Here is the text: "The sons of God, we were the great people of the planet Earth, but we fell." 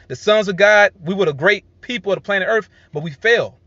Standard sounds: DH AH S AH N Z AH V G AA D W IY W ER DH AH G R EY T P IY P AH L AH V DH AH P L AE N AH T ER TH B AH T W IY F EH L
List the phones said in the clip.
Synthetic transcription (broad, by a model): DH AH S AH N Z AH G AA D W IY W ER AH G R EY T P IY P L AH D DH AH P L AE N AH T ER TH B AH T W IY F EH L